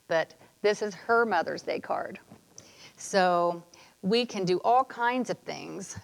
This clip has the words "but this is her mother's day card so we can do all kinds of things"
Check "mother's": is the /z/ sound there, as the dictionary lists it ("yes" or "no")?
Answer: yes